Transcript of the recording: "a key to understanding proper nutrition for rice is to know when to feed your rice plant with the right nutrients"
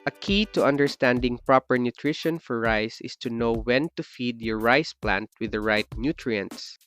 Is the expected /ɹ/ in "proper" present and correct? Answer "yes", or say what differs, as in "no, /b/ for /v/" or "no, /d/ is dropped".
yes